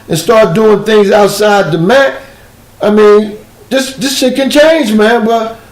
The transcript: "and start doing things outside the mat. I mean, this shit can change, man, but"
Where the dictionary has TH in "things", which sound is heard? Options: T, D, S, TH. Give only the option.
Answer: TH